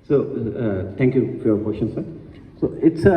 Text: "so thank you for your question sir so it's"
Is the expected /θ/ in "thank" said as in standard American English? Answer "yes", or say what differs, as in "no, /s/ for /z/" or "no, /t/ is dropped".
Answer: no, /t/ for /θ/